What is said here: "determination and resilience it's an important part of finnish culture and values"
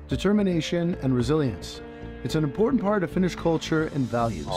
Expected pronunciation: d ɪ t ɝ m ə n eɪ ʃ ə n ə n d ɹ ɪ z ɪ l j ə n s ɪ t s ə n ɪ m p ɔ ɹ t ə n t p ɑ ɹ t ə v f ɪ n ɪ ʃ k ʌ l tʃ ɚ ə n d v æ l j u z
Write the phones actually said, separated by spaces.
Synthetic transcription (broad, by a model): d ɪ t ɝ m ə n eɪ ʃ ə n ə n ɹ ɪ z ɪ l j ə n s ɪ t s ə n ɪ m p ɔ ɹ t n p ɑ ɹ t ə v f ɪ n ɪ ʃ k ʌ l tʃ ɚ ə n v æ l j u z